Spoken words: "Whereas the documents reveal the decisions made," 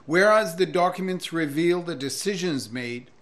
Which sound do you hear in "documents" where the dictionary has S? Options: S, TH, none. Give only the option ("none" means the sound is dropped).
S